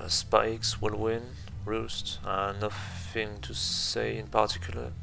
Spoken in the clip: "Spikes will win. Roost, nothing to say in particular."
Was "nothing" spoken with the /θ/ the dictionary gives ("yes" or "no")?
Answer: no